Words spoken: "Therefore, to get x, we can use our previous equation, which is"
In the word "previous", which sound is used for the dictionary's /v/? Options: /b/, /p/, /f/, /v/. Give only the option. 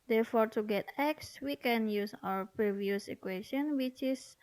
/v/